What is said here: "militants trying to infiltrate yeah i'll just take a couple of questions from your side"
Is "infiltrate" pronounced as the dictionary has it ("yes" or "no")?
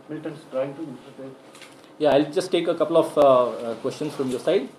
no